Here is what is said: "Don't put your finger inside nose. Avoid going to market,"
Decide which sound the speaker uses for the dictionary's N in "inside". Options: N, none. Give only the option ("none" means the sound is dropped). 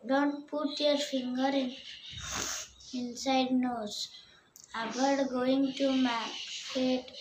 N